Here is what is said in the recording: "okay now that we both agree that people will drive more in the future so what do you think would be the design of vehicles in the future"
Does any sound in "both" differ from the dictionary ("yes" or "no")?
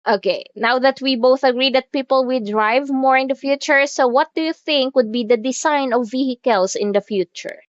no